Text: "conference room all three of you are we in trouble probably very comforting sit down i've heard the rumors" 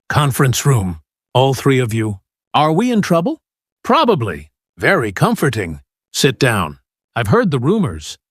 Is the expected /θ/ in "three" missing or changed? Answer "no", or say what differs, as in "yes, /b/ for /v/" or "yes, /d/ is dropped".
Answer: no